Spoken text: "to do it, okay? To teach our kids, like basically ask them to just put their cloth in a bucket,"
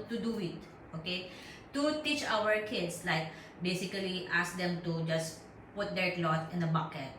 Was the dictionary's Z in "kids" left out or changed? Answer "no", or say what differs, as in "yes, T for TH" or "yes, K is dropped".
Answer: yes, S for Z